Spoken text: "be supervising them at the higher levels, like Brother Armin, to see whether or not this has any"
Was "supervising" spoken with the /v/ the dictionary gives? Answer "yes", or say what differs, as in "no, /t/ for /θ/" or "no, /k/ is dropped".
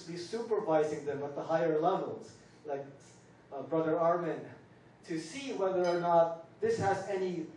yes